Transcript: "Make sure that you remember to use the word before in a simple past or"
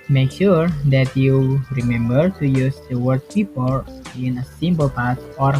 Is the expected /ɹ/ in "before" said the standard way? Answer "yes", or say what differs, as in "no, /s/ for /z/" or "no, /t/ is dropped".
no, /l/ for /ɹ/